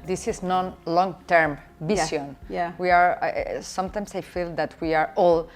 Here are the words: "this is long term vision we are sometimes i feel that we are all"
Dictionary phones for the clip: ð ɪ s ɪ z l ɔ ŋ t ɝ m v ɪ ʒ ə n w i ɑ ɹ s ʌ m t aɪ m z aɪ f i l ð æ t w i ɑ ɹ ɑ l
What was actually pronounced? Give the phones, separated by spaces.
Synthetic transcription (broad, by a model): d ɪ s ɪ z l ɔ ŋ t ɝ m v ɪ s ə n w i ɑ ɹ s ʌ m t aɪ m s aɪ f i l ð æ t w i ɑ ɹ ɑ l